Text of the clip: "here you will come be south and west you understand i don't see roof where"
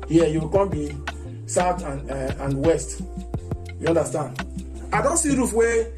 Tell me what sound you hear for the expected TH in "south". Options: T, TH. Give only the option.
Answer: T